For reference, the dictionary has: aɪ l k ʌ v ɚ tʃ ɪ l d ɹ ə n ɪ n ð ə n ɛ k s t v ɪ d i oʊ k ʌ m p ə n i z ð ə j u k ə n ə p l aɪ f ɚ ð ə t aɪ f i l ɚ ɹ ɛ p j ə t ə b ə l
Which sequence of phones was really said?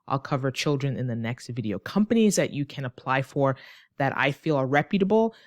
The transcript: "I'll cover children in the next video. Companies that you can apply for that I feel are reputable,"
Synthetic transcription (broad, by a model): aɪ l k ʌ v ɚ tʃ ɪ l d ɹ ə n ɪ n ð ə n ɛ k s t v ɪ d i oʊ k ʌ m p ə n i z ð ə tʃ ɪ k ə n ə p l aɪ f ɚ ð ə t aɪ f i l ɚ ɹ ɛ p j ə t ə b l